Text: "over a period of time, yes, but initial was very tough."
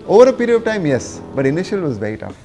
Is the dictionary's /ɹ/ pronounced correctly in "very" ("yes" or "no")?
no